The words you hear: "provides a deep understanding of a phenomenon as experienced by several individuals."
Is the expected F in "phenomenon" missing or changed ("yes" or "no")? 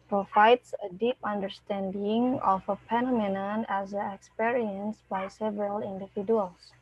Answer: yes